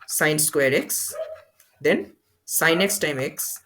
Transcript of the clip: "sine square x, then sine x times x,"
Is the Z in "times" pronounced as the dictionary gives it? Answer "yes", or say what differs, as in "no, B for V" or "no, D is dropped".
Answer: no, Z is dropped